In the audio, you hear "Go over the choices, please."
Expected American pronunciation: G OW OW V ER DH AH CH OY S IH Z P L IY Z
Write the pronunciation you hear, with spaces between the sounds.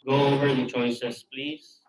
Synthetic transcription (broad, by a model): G OW OW V ER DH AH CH OY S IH S P L IY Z